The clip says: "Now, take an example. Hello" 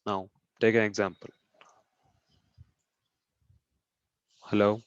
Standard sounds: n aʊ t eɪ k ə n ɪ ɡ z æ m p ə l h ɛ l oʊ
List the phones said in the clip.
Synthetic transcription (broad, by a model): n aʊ t eɪ k ə n ɪ ɡ z æ m p ə l h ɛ l oʊ